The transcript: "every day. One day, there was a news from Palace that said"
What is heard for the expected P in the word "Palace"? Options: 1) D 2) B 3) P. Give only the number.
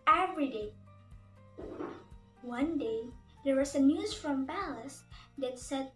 2